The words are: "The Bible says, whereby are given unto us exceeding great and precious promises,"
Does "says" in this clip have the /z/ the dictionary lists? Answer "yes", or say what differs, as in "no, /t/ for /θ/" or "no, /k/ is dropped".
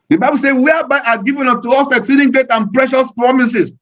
no, /z/ is dropped